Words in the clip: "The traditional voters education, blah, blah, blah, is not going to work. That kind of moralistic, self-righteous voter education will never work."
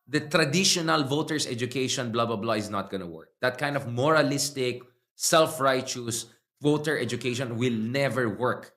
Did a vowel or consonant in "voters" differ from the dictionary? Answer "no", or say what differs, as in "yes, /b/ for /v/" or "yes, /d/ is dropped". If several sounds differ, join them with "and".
yes, /s/ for /z/